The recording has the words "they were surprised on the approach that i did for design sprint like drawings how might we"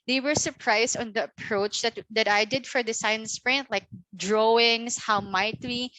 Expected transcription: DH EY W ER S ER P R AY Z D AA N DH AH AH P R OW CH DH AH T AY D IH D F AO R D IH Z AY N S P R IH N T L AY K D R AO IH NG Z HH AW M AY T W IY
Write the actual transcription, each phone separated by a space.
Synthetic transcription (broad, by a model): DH EY W ER S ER P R AY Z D AA N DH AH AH P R OW CH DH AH T AY D IH D F AO R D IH S AY N S P R IH N T L AY K D R AO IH NG S HH AW M AY T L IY